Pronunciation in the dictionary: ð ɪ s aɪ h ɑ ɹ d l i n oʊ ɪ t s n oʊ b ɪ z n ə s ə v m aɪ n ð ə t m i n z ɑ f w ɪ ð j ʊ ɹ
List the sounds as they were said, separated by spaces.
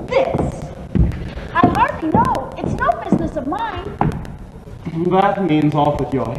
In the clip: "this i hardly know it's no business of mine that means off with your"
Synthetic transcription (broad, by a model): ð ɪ s aɪ h ɑ ɹ d l i n oʊ ɪ t s n oʊ b ɪ z n ə s ə v m aɪ n ð ə t m i n z ɑ f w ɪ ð j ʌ ɹ